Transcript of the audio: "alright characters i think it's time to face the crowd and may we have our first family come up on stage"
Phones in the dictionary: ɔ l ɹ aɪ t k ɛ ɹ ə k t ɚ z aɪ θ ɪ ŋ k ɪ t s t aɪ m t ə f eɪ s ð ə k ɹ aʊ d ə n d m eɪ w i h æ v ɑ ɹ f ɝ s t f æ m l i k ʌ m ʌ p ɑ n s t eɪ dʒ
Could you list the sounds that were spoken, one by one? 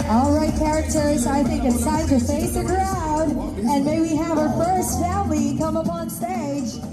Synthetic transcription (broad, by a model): ɔ l ɹ aɪ t k ɛ ɹ ə k t ɚ z aɪ θ ɪ ŋ k ɪ t s aɪ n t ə f eɪ s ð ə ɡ ɹ aʊ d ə n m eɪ w i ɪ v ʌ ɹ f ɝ s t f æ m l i k ʌ m ʌ p ɑ n s t eɪ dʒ